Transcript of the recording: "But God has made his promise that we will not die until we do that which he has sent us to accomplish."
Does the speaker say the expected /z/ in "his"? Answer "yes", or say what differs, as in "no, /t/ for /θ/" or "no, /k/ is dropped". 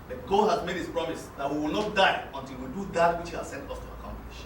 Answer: no, /s/ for /z/